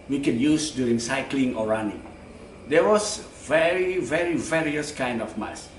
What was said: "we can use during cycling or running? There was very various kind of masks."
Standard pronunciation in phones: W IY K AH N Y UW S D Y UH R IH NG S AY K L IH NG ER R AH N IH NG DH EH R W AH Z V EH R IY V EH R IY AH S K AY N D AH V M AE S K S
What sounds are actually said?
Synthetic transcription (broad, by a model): W IY K AH N Y UW S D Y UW R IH NG S AY K L IH NG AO R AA N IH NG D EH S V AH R V EH R IY V EH R IY AH S K AY N D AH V M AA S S